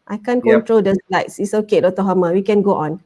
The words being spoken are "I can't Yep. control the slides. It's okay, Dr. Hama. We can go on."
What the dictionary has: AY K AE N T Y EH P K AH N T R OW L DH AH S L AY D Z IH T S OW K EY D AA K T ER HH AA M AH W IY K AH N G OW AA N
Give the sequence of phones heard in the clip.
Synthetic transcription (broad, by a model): AY K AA N K AH N T R OW L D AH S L AY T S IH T S OW K EY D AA T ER HH AA M AH W IY K AH N G OW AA N